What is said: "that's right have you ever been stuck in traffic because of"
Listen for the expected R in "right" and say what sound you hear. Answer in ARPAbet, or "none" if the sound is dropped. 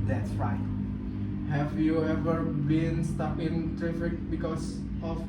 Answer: R